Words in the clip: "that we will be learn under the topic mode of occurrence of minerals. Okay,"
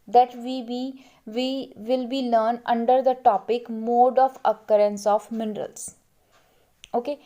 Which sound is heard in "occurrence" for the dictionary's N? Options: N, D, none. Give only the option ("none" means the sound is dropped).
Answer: N